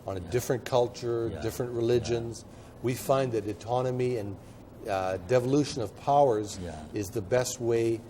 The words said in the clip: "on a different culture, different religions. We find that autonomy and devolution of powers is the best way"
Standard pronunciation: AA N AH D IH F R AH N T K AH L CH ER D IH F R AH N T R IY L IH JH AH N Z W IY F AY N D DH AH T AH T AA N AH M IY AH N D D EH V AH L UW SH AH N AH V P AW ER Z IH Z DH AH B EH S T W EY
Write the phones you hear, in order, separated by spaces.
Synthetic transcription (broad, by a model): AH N D IH F R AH N K AH L CH ER D IH F R AH N T R IY L IH JH AH N Z W IY F AY N DH AH T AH T AA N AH M IY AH N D D EH V AH L UW SH AH N AH V P AW ER Z IH Z DH AH B EH S T W EY